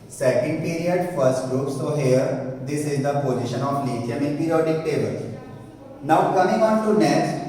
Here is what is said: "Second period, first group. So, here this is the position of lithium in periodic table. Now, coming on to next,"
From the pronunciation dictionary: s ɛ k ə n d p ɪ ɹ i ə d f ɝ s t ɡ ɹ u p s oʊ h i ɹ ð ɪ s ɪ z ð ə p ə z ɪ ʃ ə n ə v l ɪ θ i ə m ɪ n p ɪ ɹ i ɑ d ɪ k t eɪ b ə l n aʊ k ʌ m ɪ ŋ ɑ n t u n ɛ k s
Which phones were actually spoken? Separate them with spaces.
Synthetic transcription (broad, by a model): s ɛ k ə n d p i ɹ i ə d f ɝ s t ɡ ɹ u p s oʊ h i ɹ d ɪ s ɪ z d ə p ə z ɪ ʃ ə n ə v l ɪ t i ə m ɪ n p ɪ ɹ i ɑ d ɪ k t eɪ b ə l n aʊ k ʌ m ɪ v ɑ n t u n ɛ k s